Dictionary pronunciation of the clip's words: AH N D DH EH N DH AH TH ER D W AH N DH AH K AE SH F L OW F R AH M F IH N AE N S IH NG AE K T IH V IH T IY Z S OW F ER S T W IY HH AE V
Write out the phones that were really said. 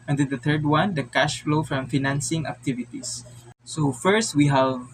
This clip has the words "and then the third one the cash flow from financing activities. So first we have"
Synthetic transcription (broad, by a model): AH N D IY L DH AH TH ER D W AH N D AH K AE SH F L OW F R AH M F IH N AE N S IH NG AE K T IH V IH T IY S OW F ER S T W IY HH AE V